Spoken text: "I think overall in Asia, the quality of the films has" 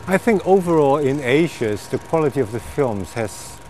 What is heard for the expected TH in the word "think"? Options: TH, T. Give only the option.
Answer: TH